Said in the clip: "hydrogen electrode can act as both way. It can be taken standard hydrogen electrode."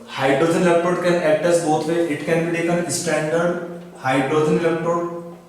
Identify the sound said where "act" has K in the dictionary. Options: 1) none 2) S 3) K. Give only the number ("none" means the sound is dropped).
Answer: 1